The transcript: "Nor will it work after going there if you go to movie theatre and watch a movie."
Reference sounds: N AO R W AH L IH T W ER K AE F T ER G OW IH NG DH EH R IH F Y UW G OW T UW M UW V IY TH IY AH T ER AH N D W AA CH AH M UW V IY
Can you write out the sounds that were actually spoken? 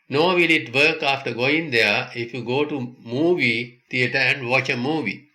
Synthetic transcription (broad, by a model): N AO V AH L IH T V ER K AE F T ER G OW IH NG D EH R IH F Y UW G OW T UW M UW V IY T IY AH T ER AH N D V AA CH AH M UW V IY